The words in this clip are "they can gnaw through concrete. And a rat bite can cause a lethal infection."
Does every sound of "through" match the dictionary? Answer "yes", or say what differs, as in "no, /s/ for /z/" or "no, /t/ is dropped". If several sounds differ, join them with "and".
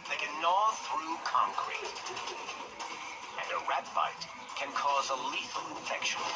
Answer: yes